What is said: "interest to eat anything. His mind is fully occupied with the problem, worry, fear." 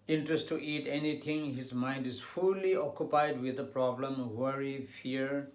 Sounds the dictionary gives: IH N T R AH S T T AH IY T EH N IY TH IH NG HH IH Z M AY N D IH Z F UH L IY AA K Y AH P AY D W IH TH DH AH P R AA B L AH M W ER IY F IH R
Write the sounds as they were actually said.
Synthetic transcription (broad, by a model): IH N T R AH S T T IY T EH N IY T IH NG HH IH Z M AY N D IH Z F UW L IY AA K Y AH P AY D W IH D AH P R AA B L AH M W ER IY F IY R